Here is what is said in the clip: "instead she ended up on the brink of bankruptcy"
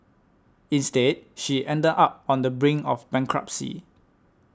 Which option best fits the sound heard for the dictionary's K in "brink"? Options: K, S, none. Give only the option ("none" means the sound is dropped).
none